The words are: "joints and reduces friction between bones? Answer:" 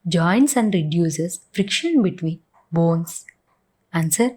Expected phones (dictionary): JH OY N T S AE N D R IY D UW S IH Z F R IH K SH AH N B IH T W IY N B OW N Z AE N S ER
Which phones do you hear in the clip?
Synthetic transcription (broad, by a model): JH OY N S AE N D R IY D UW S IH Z F R IH K SH AH N B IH T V IY N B OW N S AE N S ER